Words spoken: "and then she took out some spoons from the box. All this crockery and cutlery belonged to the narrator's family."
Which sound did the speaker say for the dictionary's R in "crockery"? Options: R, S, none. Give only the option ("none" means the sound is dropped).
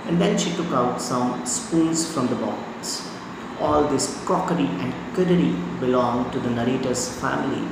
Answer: none